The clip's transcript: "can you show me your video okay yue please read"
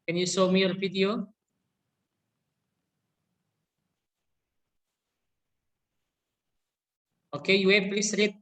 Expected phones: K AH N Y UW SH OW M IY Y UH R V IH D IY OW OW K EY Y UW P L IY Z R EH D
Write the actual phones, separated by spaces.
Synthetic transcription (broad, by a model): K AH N Y UW S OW M IY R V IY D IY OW OW K EY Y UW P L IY S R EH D